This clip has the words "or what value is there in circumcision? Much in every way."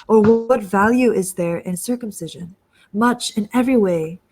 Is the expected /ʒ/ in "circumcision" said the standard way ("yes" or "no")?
yes